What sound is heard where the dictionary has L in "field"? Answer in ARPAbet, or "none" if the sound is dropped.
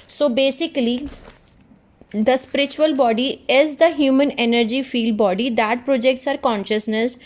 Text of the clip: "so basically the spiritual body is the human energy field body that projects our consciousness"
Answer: L